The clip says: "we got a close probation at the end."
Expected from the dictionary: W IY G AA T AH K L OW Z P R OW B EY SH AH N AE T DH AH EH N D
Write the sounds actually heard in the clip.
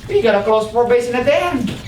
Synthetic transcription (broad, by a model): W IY G AA T AH K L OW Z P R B EY S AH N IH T DH AH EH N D